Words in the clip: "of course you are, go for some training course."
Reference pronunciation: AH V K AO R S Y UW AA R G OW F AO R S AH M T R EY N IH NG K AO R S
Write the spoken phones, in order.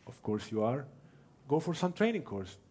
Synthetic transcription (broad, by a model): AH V K AO R S Y UW AA R G OW F AO R S AH M T R EY N IH NG K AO R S